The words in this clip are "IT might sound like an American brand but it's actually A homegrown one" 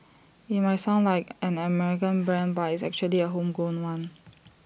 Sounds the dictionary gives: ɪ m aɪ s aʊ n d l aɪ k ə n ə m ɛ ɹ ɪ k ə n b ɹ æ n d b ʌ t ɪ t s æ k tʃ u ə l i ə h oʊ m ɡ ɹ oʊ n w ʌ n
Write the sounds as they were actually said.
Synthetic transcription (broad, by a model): ɪ m aɪ s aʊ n l aɪ k ə n ə m ɛ ɹ ɪ k ə n b ɹ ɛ n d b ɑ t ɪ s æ k tʃ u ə l i ə h oʊ m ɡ oʊ n w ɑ n